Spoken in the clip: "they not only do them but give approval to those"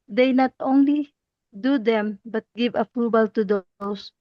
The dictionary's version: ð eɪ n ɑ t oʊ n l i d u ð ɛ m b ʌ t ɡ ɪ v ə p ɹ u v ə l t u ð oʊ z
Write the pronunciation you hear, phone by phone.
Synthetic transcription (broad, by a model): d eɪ n ɑ t oʊ n l i d u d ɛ m b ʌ t ɡ ɪ v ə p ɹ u b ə l t u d oʊ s